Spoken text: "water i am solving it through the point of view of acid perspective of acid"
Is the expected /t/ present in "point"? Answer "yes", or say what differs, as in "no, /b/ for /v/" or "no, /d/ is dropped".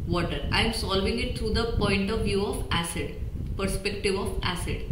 yes